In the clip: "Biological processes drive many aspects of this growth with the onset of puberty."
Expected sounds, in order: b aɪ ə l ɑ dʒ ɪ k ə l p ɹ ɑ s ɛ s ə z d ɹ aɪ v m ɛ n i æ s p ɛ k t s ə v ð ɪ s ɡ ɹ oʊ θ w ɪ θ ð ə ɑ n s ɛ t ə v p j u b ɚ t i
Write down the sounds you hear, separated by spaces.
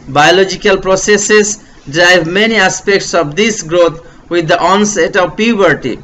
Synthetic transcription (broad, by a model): b aɪ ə l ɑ dʒ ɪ k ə l p ɹ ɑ s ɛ s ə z d ɹ aɪ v m ɛ n i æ s p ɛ k t s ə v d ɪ s ɡ ɹ oʊ t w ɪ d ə ɑ n s ɛ t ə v p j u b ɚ t i